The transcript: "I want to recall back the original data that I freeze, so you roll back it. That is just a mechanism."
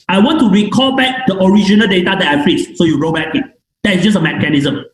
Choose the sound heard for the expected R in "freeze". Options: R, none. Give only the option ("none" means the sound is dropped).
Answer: none